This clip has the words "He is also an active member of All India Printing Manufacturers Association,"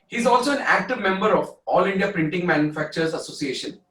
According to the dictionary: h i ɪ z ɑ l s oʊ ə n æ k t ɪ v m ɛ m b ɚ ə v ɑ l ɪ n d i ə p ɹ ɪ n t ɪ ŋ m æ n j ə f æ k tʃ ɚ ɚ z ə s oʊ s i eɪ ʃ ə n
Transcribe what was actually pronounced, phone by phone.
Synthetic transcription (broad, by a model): h i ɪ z ɑ l s oʊ ə n æ k t ɪ v m ɛ m b ɚ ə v ɑ l ɪ n d i ə p ɹ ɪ n t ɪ ŋ m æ n j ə f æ k tʃ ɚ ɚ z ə s oʊ s i eɪ ʃ ə n